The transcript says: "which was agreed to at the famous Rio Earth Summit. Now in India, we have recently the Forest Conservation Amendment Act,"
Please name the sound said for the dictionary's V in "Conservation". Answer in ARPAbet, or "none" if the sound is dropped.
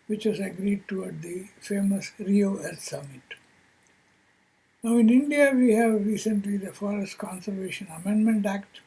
V